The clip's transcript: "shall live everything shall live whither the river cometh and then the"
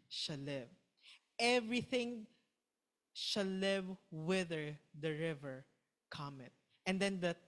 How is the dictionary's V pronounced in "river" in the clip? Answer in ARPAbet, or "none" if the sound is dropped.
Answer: V